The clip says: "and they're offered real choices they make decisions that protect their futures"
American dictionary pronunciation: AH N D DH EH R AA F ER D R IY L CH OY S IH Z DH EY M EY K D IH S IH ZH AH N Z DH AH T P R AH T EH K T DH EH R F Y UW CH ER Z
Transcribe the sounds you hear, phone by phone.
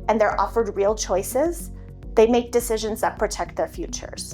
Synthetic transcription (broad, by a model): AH N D DH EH R AA F ER D R IY L CH OY S IH Z DH EY M EY K D IH S IH ZH AH N Z DH AH T P R AH T EH K T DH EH R F Y UW CH ER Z